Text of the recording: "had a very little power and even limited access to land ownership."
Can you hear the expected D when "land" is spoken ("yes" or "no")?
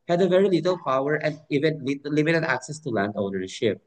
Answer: yes